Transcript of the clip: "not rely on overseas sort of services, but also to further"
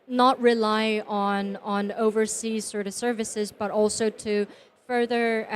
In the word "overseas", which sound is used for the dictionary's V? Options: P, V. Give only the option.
V